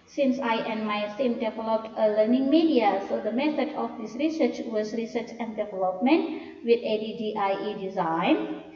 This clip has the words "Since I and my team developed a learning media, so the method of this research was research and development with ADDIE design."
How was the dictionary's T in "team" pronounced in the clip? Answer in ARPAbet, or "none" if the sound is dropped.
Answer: S